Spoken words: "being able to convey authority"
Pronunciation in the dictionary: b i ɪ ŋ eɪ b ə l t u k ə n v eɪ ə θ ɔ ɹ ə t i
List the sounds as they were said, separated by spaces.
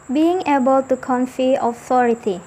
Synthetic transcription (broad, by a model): b i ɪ ŋ eɪ b ə l t u k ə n f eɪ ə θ ɔ ɹ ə t i